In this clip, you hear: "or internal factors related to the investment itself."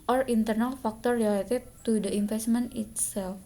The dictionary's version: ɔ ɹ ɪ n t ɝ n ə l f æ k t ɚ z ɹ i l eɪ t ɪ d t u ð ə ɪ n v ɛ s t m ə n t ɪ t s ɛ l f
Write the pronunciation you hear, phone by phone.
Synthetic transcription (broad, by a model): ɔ ɹ ɪ n t ɝ n ə l f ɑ k t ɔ ɹ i l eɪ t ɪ t u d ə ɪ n f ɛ s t m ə n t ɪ t s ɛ l f